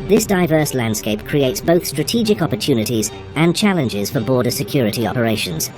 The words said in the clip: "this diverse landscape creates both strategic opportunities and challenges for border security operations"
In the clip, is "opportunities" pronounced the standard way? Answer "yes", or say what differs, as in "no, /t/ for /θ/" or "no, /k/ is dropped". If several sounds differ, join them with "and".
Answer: yes